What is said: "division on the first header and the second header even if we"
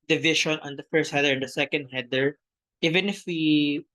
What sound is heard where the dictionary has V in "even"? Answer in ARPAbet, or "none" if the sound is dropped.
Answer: V